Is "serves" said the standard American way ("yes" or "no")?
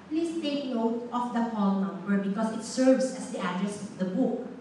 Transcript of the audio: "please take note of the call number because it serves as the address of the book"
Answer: no